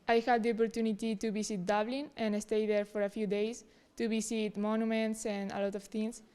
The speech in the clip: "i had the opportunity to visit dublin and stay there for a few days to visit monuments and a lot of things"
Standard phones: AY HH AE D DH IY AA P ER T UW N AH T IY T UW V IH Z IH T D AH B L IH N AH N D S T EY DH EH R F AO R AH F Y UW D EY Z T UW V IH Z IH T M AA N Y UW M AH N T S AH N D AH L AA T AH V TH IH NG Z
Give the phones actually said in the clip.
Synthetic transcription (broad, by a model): AY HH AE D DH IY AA P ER T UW N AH T IY T UW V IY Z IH T D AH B L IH N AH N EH S T EY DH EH R F AO R AH F Y UW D EY S T UW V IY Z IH T M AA N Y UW M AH N T S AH N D AH L AA T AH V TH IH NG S